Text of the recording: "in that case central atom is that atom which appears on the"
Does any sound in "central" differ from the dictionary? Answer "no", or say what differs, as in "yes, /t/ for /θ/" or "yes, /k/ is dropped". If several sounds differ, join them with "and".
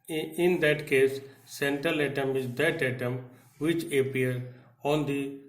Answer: no